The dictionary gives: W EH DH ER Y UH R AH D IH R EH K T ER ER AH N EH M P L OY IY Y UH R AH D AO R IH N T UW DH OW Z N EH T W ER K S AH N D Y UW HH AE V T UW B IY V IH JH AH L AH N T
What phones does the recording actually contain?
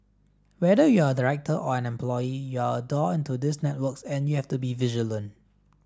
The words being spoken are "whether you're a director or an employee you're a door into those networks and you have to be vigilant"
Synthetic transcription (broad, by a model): W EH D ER Y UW AH D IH R EH K T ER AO AH N EH M P L OY IY Y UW AH D AO IH N T UW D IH S N EH T W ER K S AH N Y UW HH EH F T UW B IY V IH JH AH L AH N